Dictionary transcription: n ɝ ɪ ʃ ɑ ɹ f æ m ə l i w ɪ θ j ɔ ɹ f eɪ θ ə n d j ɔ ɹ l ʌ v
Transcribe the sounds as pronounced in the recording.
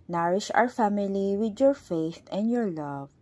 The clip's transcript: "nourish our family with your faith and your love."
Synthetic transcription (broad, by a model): n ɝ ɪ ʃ ɑ ɹ f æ m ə l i w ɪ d j ɔ ɹ f eɪ θ ə n d j ɔ ɹ l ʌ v